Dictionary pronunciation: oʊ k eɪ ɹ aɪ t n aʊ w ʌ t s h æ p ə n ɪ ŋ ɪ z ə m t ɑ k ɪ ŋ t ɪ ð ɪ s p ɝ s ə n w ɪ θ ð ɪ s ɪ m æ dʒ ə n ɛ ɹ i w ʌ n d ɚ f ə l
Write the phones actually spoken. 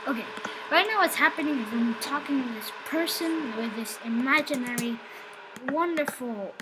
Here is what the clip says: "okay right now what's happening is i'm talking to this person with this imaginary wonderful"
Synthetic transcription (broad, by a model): oʊ k eɪ ɹ aɪ t n aʊ w ʌ t s h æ p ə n ɪ ŋ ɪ z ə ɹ t ɑ k ɪ ŋ t ɪ ð ɪ s p ɝ s ə n w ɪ ð ɪ s ɪ m æ dʒ ə n ɛ ɹ i w ʌ n d ɚ f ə l